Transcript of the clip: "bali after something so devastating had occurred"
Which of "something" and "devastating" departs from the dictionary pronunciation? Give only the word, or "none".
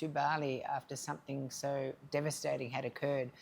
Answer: none